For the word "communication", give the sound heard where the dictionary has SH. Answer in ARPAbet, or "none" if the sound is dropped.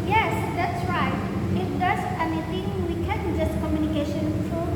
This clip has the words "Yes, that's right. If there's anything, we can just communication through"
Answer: SH